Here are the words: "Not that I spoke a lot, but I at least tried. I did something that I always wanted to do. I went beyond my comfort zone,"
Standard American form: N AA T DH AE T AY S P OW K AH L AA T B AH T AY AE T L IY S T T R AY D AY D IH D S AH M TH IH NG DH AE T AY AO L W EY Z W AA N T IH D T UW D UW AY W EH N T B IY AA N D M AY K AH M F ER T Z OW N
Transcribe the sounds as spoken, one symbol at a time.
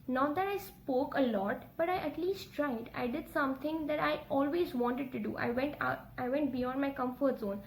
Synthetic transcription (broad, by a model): N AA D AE T AY S P OW K AH L AA T B AH T AY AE T L IY S T T R AY D AY D IH D S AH M T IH NG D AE T AY AO L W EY Z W AA N T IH D T UW D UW AY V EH N T B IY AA D M AY K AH M F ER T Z OW N